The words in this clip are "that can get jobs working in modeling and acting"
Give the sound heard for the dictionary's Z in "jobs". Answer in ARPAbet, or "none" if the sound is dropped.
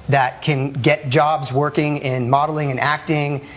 Z